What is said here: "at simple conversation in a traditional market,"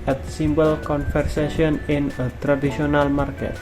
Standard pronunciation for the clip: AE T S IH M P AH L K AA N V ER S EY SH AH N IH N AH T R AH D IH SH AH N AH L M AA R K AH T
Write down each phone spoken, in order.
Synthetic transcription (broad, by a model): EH T S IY M B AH L K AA N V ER S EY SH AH N IH N AH T R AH D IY S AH N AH L M AA R K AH T